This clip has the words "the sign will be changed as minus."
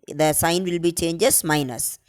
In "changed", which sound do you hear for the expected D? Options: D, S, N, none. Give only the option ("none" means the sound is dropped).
none